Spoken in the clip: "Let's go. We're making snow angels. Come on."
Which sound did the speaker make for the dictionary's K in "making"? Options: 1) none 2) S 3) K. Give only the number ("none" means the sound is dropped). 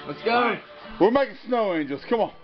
1